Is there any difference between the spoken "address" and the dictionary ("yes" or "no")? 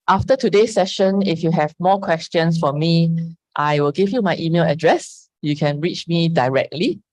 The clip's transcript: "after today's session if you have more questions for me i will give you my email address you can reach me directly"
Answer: no